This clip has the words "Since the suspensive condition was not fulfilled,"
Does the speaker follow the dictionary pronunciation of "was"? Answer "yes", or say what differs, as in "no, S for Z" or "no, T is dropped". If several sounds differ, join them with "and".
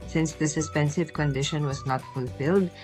yes